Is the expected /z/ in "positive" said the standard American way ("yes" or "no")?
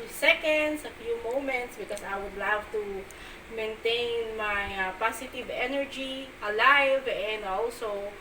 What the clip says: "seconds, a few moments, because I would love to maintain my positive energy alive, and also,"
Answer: no